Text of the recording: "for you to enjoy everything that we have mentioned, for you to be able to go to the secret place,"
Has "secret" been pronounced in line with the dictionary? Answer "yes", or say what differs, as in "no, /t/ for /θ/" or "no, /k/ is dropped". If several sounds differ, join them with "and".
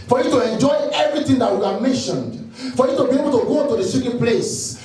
no, /ɹ/ is dropped